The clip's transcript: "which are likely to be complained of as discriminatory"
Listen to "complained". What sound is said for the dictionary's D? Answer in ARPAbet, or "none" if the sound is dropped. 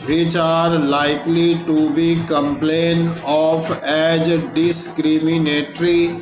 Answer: none